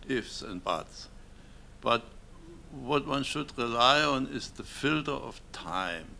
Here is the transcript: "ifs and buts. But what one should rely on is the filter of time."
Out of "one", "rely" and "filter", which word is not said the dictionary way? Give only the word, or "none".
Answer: none